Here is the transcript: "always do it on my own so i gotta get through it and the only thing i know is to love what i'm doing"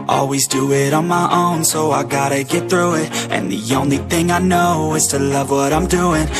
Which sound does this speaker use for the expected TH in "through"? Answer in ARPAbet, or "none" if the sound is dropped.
TH